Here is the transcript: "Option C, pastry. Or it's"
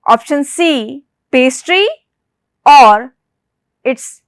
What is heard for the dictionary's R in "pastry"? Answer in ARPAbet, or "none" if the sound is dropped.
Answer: R